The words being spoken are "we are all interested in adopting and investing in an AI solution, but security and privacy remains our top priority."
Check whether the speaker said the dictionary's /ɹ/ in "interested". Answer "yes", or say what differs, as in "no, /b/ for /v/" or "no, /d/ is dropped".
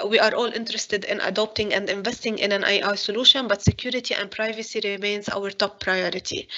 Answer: yes